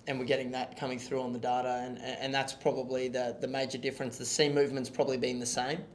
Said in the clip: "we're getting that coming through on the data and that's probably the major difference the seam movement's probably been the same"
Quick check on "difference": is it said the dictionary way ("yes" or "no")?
yes